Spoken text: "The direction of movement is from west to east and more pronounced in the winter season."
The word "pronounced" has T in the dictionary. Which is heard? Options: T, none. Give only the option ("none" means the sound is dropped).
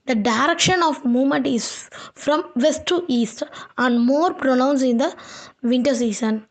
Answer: none